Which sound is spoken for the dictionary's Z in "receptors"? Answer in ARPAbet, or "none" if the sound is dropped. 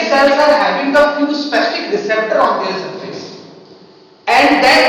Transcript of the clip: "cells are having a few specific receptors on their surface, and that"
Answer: none